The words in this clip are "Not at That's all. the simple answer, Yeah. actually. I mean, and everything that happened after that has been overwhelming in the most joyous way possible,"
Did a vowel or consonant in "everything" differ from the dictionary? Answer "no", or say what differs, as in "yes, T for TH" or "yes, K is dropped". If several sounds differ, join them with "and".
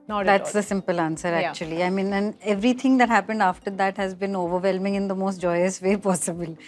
yes, T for TH